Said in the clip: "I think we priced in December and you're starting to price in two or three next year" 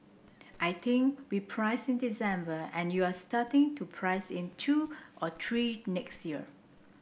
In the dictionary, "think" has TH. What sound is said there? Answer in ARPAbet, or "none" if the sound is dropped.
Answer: T